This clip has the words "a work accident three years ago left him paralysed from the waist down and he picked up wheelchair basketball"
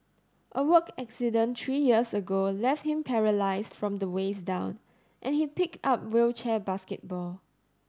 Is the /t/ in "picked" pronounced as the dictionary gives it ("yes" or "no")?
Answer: yes